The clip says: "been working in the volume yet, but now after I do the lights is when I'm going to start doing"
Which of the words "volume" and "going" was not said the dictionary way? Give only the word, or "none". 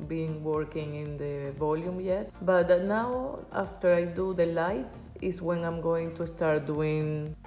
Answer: none